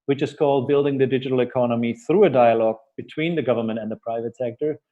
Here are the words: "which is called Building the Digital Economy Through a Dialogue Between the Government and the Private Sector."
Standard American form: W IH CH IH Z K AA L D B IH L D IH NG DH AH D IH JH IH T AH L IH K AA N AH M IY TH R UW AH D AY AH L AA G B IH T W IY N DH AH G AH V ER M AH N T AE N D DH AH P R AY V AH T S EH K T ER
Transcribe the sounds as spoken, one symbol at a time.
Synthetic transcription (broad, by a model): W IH CH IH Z K AA L D B IH L D IH NG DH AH D IH JH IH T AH L IH K AA N AH M IY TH R UW AH D AY AH L AA G B IH T W IY N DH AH G AH V ER M AH N T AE N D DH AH P R AY V AH T S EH K T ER